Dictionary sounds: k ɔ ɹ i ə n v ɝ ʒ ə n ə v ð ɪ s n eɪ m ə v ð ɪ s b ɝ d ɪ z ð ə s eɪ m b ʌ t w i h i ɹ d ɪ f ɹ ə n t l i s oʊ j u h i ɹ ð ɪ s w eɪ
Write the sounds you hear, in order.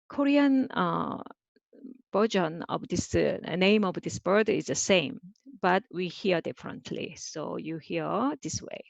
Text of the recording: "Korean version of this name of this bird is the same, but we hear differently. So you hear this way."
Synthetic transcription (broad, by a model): k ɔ ɹ i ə n b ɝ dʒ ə n ə v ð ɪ s n eɪ m ə v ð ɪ s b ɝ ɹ ɪ z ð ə s eɪ m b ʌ t w i h i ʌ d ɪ f ɹ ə n t l i s oʊ j u h i ɹ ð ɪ s w eɪ